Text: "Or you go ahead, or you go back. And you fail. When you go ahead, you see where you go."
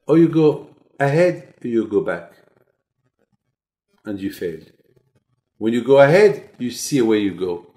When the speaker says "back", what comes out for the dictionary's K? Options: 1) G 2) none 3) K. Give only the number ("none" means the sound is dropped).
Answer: 3